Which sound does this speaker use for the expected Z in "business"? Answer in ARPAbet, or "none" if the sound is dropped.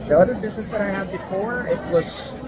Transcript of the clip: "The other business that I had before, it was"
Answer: Z